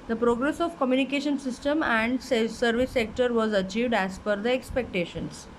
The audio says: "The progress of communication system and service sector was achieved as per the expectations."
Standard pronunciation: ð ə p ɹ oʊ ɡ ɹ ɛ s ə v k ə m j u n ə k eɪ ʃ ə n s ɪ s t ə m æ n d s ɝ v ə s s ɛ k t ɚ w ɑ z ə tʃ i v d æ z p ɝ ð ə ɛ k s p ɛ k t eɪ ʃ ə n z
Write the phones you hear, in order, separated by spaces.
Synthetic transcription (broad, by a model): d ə p ɹ oʊ ɡ ɹ ɛ s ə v k ə m j u n ə k eɪ ʃ ə n s ɪ s t ə m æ n d s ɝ v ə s s ɛ k t ɚ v ɑ z ə tʃ i v d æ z f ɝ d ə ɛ k s p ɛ k t eɪ ʃ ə n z